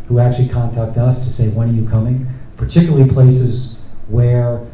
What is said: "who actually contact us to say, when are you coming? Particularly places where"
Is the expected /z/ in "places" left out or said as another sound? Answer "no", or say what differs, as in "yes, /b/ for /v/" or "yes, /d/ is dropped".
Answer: no